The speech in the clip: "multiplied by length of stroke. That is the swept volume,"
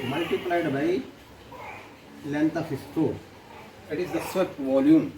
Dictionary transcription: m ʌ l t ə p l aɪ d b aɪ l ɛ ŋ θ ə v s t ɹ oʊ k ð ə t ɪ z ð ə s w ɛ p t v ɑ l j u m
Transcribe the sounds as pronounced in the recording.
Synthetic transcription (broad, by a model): m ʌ l t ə p l aɪ d b aɪ l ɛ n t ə f s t oʊ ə t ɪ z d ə s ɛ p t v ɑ l j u m